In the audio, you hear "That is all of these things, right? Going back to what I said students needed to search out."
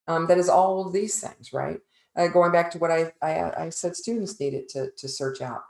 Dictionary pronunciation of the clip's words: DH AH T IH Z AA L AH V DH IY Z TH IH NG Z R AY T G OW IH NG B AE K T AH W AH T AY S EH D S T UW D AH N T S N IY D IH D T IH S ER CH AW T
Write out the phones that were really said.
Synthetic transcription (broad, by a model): DH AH T IH Z AA L DH IY Z TH IH NG Z R AY T G OW IH NG B AE K T AH W AH T AY S EH D S T UW D N T S N IY D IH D T IH S ER CH AW T